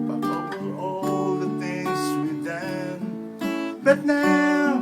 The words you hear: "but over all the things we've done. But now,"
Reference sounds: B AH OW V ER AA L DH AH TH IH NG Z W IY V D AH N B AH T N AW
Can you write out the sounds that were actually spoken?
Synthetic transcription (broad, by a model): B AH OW ER AA L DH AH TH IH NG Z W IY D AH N B AH T N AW